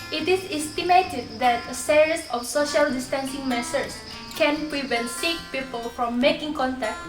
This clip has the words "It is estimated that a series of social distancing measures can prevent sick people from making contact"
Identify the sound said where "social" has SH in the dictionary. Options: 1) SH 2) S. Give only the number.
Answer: 1